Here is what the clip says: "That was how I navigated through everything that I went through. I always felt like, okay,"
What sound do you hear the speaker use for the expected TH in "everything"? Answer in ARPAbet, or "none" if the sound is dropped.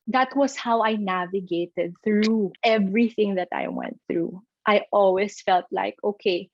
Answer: TH